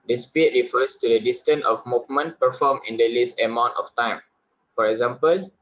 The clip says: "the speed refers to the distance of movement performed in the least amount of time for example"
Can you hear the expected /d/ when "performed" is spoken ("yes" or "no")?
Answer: no